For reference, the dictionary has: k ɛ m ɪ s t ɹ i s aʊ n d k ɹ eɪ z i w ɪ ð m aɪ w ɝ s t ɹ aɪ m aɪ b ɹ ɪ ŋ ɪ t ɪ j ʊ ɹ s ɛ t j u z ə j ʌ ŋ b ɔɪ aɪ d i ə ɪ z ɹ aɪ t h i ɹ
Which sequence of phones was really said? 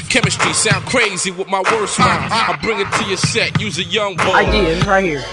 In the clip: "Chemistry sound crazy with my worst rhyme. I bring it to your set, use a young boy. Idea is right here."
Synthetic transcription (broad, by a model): k ɛ m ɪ s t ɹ i s aʊ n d k ɹ eɪ z i w ɪ ð m aɪ w ɝ s t w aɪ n aɪ b ɹ ɪ ŋ ɪ t ɪ j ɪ s ɛ t j u z ə j ʌ ŋ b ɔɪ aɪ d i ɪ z ɹ aɪ t h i ɹ